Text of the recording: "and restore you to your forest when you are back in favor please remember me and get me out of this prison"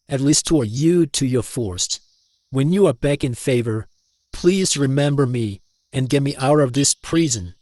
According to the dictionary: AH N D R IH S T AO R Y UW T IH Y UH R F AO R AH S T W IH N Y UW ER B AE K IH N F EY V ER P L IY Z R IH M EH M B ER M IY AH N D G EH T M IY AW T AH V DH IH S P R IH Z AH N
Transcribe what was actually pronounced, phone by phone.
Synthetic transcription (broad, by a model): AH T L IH S T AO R Y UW T IH Y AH R F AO R S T W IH N Y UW ER B AE K IH N F EY V ER P L IY Z R IH M EH M B ER M IY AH N G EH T M IY AW T AH V DH IH S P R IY Z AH N